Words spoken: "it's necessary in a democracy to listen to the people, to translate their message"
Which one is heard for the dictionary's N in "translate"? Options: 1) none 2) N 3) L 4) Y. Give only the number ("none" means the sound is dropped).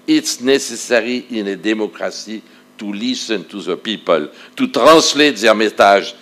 1